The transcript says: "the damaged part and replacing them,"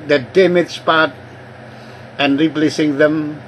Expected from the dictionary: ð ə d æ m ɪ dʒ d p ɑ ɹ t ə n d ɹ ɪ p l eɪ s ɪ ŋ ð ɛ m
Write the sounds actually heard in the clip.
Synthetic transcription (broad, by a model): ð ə d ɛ m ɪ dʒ p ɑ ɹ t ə n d ɹ ɪ p l eɪ s ɪ ŋ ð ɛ m